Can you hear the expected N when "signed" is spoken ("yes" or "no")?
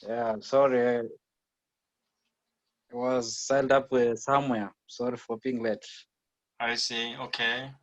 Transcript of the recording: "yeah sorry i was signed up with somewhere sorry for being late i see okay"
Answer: no